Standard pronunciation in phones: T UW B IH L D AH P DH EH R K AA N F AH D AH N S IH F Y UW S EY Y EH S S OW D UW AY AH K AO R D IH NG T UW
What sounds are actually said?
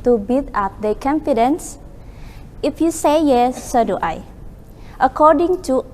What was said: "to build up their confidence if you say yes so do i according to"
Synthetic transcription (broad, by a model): T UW B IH D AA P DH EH K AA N F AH D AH N S IH F Y UW S EY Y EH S S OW D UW AY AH K AO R D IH NG T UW